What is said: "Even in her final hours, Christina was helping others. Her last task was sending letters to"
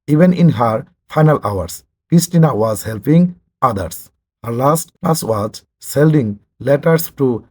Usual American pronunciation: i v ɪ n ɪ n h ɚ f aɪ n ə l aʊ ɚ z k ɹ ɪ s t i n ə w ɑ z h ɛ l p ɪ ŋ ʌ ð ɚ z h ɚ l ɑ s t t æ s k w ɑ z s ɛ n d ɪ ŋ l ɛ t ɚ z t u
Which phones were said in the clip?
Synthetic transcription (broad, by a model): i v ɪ n ɪ n h ɚ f aɪ n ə l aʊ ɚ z k ɹ ɪ s t i n ə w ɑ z h ɛ l p ɪ ŋ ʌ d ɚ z h ɚ l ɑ s t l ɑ s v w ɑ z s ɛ l d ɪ ŋ l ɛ t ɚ s t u